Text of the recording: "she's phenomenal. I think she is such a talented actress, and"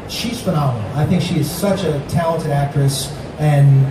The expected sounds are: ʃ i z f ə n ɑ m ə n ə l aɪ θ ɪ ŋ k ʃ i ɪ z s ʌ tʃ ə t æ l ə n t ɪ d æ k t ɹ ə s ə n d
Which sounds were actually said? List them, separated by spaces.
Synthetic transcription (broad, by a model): ʃ i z f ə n ɑ m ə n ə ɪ θ ɪ ŋ k ʃ i ɪ z s ʌ tʃ ə t æ l ə n t ɪ d æ k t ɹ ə s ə n